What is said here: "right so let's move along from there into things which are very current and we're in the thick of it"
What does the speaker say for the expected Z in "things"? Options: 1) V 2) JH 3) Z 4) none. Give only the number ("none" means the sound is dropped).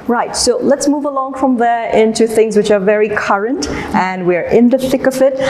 3